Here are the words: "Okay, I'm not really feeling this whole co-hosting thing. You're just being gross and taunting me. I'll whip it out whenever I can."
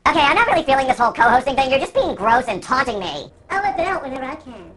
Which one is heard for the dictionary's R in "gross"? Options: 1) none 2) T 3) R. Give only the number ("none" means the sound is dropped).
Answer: 3